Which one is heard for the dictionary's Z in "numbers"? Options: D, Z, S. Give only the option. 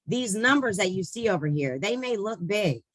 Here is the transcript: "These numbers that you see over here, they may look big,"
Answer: Z